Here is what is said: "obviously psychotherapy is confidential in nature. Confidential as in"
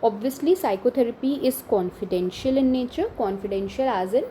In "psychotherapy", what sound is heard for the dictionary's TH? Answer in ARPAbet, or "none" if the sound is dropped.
T